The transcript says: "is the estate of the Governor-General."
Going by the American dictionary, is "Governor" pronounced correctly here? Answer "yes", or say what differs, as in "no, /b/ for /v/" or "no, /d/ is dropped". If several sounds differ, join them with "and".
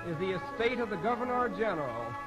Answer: yes